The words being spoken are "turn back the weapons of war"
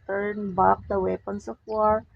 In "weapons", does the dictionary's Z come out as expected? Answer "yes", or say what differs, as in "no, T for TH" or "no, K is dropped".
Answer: no, S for Z